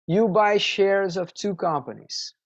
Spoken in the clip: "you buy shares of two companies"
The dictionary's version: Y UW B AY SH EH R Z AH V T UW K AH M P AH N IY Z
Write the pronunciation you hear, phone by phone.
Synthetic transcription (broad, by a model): Y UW B AY SH EH R Z AH V T UW K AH M P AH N IY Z